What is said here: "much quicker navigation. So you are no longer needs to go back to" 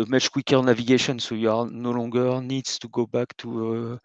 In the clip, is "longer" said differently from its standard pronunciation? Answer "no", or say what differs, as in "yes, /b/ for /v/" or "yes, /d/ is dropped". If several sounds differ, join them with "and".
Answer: yes, /ŋ/ is dropped